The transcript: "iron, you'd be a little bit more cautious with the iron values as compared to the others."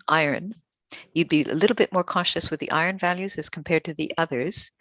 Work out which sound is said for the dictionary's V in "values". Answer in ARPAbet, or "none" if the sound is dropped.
V